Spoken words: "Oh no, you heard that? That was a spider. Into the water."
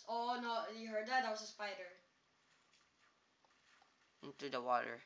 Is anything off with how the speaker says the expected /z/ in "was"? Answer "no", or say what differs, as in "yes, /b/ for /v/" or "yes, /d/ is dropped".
yes, /s/ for /z/